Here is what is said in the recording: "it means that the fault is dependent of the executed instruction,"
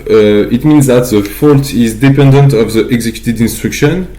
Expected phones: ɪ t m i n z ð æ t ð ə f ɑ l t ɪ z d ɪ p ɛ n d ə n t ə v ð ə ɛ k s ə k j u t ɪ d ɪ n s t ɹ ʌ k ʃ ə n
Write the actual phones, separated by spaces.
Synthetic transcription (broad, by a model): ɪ t m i n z ð æ t ð ə f ɑ l t ɪ z d ɪ p ɛ n d ə n t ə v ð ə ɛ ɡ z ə k j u t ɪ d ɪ n s t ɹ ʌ k ʃ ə n